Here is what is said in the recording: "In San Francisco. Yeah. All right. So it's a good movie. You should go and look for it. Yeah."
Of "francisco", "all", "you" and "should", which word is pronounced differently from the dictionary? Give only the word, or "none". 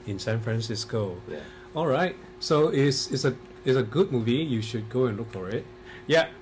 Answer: none